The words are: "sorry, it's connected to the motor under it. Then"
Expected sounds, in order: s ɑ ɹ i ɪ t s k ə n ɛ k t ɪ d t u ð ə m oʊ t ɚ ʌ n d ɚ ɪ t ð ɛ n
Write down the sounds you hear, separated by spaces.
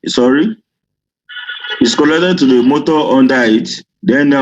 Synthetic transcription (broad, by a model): s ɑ ɹ i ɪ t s k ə l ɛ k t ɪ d t u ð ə m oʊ t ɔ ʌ n d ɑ ɪ t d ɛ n